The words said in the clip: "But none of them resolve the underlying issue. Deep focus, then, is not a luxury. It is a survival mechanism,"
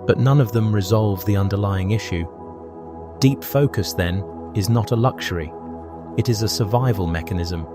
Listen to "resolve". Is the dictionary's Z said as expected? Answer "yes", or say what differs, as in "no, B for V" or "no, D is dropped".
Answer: yes